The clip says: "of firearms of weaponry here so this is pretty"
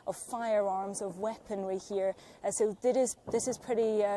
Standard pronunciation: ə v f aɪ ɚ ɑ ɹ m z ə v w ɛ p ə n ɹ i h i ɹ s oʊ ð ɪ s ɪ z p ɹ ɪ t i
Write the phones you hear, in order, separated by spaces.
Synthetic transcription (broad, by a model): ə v f aɪ ɚ ɑ ɹ m z ə v w ɛ p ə n w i h i ɹ s oʊ ð ɪ s ɪ z p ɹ ɪ t i